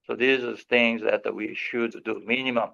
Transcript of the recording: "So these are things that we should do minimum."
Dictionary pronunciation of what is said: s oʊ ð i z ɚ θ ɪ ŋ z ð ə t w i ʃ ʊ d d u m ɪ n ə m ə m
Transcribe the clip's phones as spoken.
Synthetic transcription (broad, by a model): s oʊ ð i z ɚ θ ɪ ŋ z ð ə t w i ʃ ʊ d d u m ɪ n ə m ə m